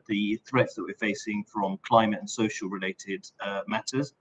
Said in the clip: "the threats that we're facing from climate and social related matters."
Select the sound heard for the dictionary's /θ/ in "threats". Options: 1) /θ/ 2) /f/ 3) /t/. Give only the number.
1